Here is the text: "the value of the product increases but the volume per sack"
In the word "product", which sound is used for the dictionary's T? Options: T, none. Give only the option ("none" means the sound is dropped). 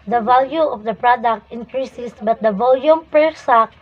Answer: T